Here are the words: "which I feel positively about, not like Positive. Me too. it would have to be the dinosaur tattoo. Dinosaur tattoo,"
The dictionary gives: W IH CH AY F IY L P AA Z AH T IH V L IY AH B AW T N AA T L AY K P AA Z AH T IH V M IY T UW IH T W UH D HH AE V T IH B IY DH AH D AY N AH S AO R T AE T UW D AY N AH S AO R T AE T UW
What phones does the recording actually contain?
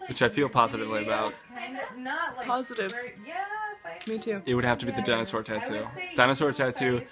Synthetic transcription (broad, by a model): W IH CH AY F IY L P AA Z AH T IH V L IY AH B AW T T P AA Z AH T IH V M IY T UW IH T W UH D HH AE F T IH B IY DH AH D AY N AH S AO R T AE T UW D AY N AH S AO R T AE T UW